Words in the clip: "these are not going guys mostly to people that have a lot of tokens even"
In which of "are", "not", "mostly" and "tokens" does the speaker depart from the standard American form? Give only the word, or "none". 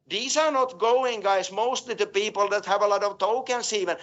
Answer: tokens